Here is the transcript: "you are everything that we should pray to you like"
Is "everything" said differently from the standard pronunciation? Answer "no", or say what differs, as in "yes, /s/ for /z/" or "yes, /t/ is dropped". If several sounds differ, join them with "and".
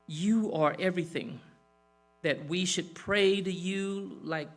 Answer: no